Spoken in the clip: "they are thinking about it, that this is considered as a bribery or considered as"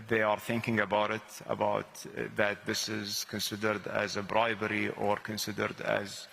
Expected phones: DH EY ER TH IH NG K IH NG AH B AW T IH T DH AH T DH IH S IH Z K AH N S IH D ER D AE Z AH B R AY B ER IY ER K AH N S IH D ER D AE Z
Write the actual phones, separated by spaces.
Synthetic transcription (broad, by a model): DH EY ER TH IH NG K IH NG AH B AW T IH T DH AH T DH IH S IH Z K AH N S IH D ER D AE Z AH B R AY B ER IY ER K AH N S IH D ER D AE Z